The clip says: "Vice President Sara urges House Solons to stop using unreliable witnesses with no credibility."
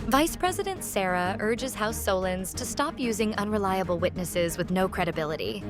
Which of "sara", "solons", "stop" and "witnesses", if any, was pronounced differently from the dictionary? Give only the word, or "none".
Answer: none